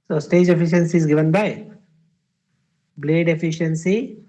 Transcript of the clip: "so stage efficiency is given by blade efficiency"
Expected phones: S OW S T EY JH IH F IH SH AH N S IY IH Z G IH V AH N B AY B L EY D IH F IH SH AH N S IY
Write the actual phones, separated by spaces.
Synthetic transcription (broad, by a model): S OW S T EY JH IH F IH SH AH N S IY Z G IH V AH N B AY B L EY D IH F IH SH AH N S IY